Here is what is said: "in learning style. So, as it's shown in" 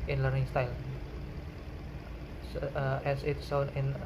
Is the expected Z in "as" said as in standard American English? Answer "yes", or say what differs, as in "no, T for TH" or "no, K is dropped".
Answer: no, S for Z